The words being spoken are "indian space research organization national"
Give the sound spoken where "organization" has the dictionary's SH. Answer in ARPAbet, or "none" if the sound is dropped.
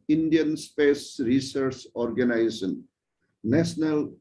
S